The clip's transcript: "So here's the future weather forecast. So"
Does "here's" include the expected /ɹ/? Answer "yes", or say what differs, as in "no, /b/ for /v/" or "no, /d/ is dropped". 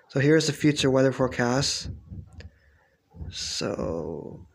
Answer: yes